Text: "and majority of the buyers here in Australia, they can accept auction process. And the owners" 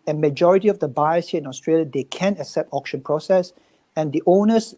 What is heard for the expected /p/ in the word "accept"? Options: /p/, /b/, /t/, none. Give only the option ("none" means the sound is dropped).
/p/